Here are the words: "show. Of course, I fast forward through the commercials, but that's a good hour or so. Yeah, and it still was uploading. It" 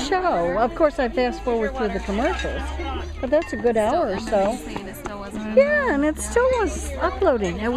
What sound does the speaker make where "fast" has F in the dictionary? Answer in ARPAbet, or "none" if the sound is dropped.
P